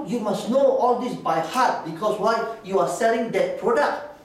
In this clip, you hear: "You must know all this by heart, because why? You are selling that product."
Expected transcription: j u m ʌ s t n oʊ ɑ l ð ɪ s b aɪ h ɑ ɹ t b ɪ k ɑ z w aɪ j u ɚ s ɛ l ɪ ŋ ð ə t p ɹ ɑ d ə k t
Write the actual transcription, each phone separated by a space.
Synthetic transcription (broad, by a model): j u m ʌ s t n oʊ ɑ l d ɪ s b aɪ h ɑ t b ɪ k ɑ s w aɪ j u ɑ s ɛ l ɪ ŋ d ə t p ɹ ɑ d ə k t